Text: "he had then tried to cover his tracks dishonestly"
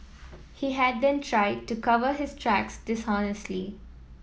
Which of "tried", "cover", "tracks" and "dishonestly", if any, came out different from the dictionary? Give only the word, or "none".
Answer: none